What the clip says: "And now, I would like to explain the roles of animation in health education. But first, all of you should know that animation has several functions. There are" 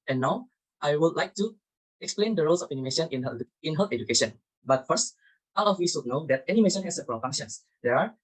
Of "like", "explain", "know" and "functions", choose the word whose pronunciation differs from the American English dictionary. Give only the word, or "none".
functions